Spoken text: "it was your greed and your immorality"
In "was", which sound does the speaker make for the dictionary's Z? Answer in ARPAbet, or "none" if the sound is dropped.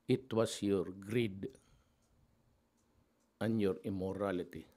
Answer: S